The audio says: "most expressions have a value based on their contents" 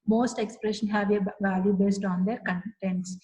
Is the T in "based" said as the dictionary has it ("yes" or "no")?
yes